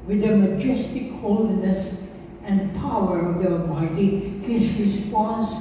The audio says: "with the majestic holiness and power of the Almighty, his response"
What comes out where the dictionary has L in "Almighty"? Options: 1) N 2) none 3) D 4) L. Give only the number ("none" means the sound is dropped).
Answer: 2